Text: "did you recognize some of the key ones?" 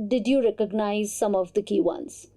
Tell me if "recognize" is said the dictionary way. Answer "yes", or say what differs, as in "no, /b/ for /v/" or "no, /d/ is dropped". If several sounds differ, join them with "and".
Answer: yes